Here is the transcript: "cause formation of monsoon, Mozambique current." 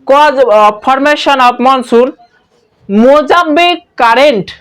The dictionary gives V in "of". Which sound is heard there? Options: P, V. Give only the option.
P